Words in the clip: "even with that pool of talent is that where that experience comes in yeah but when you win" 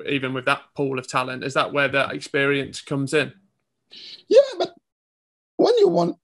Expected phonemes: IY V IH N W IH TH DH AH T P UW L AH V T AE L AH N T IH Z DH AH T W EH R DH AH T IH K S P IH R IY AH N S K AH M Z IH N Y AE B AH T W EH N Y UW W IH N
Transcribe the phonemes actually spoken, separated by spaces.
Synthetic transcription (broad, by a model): IY V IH N W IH DH AH T P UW L AH V T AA L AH N T IH Z DH AH T W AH DH AH T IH K S P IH R IY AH N S K AH M Z IH N Y AE B AH T W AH N Y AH W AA N